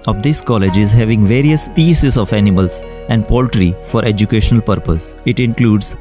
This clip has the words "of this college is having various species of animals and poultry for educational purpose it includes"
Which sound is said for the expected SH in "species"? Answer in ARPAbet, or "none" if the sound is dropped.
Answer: S